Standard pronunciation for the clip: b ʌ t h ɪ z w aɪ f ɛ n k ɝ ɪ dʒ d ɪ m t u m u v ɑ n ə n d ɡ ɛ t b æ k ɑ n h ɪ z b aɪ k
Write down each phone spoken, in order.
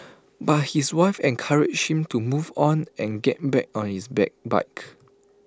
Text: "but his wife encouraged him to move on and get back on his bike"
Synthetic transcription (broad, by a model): b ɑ t h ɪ s w aɪ f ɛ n k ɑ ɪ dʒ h ɪ m t u m u v ɑ n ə n ɡ ɛ t b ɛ k ɑ n h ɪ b b aɪ k